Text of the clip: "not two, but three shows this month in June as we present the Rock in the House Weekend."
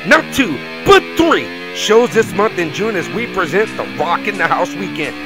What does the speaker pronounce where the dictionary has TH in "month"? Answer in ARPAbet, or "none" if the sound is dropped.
TH